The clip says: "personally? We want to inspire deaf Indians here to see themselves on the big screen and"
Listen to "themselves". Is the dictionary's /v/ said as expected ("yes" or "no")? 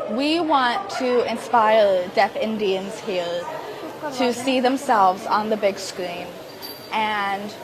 yes